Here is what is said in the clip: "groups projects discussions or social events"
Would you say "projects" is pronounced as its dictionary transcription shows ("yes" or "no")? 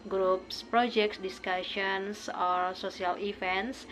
yes